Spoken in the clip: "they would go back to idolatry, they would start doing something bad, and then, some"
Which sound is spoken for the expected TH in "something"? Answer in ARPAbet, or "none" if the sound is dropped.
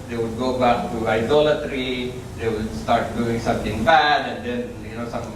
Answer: T